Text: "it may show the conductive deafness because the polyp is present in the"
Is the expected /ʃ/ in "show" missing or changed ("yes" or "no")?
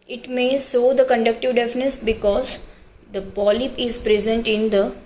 yes